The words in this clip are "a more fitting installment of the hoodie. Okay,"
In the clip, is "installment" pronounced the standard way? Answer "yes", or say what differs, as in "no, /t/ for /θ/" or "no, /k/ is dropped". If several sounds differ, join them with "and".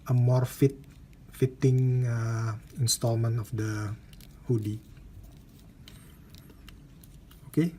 yes